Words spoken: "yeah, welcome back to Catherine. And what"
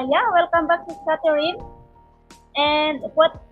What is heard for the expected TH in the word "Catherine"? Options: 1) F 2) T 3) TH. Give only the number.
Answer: 2